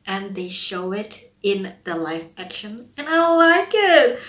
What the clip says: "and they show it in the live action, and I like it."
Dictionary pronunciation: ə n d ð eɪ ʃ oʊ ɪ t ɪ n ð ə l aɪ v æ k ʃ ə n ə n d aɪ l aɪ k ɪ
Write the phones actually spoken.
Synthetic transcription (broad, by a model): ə n ð eɪ ʃ oʊ ɪ t ɪ n ð ə l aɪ f æ k ʃ ə n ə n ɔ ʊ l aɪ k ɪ